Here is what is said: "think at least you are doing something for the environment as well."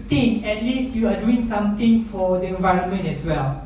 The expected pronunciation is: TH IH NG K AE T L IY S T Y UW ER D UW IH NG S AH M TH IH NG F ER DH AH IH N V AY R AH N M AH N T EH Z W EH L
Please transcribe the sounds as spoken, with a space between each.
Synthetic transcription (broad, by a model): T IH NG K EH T L IY S T Y UW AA D UW IH NG S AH M T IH NG F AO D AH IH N V AY R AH N M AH N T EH S W EH L